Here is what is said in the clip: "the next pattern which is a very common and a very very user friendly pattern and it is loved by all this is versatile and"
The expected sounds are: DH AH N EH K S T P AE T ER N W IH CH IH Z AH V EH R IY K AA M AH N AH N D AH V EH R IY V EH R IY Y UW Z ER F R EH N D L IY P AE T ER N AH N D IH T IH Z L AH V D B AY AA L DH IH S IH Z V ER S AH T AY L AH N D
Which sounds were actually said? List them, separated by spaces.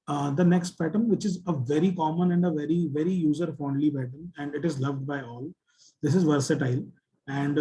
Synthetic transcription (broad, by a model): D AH N EH K S T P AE T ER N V IH CH IH Z AH V EH R IY K AA M AH N AH N D AH V EH R IY V EH R IY Y UW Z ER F AO N D L IY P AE T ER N AH N D IH T IH Z L AH V D B AY AA L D IH S IH Z V ER S AH T AY L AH N D